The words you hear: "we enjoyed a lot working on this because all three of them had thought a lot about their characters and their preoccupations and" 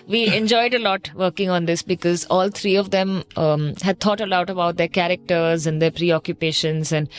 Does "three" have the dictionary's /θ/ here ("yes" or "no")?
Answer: no